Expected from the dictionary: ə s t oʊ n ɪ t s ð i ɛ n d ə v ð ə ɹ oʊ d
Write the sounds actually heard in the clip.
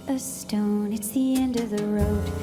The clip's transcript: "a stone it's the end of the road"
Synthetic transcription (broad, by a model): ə s t oʊ n ɪ t s ð i ɛ n d ə v ð ə ɹ oʊ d